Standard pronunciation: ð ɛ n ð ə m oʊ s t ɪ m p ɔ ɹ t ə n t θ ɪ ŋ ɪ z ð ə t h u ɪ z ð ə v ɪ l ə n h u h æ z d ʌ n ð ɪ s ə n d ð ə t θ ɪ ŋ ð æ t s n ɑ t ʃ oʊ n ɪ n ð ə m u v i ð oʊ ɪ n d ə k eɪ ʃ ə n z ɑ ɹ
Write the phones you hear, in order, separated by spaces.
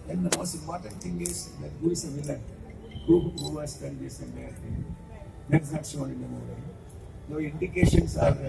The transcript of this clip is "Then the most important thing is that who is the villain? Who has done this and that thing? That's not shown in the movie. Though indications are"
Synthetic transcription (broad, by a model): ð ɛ n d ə m oʊ s t ɪ m p ɔ ɹ t ə n t t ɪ ŋ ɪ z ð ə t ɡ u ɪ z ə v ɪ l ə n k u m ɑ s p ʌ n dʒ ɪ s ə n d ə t t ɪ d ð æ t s n ɑ t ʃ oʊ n ɪ n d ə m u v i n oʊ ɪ n d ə k eɪ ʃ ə n s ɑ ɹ